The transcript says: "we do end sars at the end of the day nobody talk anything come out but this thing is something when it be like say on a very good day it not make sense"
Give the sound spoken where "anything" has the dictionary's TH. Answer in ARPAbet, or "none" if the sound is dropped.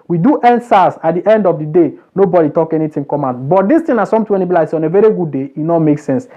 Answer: T